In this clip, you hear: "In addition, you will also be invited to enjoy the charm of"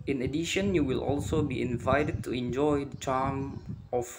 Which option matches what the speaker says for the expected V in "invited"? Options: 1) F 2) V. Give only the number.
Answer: 2